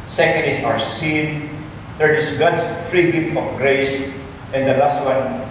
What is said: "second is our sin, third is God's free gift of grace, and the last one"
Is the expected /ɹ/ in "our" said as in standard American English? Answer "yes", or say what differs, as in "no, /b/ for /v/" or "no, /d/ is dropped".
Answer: no, /w/ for /ɹ/